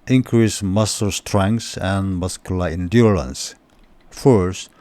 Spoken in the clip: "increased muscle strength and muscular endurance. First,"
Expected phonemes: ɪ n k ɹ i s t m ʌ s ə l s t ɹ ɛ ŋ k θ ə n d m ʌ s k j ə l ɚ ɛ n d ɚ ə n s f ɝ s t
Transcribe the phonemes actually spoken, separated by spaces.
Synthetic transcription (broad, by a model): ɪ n k ɹ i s m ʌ s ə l s t ɹ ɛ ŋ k s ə n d m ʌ s k j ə l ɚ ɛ n d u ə n s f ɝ s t